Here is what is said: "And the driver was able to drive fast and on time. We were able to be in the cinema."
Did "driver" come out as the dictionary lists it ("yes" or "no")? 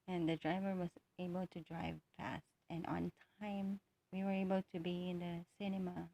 yes